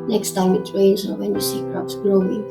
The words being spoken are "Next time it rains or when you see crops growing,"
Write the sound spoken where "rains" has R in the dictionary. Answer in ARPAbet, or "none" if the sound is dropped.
W